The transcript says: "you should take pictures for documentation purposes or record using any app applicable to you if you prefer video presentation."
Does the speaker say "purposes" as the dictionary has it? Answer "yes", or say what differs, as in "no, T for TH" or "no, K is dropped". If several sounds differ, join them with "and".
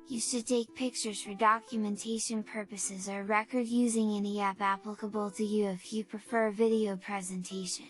yes